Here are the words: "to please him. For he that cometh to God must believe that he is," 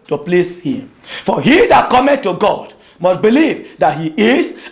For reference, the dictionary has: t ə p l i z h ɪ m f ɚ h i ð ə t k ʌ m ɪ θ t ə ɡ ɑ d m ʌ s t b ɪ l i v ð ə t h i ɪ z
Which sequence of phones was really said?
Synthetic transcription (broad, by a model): t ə p l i s h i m f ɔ h i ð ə t k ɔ m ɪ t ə ɡ ɑ d m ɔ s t b ɪ l i v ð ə t h i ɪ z